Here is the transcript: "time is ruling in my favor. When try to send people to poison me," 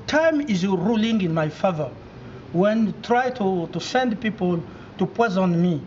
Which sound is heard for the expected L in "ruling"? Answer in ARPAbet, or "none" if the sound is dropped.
L